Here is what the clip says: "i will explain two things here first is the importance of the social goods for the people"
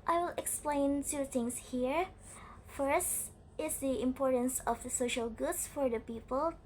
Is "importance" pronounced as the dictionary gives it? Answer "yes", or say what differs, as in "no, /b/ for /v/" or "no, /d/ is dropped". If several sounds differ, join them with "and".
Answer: yes